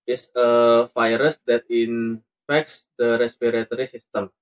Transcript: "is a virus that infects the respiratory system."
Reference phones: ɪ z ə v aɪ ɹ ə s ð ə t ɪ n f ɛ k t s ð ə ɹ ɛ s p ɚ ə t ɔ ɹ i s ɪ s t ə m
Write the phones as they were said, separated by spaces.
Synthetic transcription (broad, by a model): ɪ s ə f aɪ ɹ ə s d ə t ɪ n f ɛ k t s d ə ɹ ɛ s p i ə t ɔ ɹ i s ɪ s t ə m